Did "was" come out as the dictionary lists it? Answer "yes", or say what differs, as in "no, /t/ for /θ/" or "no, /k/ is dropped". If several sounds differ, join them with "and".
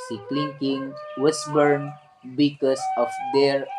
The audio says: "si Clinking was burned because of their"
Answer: no, /s/ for /z/